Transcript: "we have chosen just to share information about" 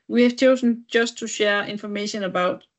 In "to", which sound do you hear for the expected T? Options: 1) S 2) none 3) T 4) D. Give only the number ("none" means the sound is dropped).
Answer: 3